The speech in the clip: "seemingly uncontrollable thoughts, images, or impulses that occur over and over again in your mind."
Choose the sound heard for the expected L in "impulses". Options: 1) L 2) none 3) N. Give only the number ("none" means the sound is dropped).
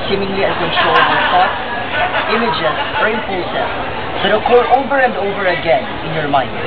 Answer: 2